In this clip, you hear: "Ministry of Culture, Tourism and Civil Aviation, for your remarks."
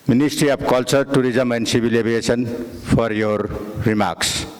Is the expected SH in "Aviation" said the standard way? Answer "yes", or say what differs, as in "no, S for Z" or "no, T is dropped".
no, S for SH